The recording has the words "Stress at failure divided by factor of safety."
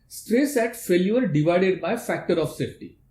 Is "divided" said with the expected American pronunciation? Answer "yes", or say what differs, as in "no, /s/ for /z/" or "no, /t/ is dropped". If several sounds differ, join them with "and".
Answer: yes